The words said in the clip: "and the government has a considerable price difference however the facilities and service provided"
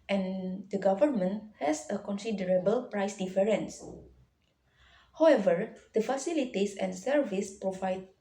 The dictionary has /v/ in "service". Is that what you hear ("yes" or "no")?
yes